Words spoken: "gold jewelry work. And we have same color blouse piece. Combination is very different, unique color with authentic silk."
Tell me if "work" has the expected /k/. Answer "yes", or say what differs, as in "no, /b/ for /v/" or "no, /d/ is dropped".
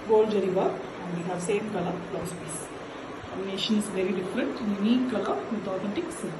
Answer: no, /k/ is dropped